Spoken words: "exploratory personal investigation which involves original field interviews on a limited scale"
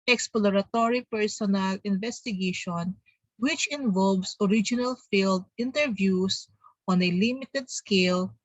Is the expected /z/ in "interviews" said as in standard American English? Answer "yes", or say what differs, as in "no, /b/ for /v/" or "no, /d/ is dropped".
no, /s/ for /z/